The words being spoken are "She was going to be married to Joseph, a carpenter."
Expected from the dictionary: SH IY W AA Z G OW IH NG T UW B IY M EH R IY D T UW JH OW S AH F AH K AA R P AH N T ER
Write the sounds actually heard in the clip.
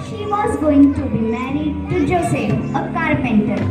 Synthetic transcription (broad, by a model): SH IY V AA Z G OW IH NG T UW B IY M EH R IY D T UW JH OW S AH AH K AA R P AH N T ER